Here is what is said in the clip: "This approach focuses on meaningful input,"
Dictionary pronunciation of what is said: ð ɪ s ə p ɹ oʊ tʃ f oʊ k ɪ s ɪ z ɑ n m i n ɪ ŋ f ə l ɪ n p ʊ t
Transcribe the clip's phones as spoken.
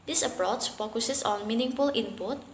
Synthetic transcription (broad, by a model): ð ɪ s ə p ɹ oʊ s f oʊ k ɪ s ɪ s ɑ n m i n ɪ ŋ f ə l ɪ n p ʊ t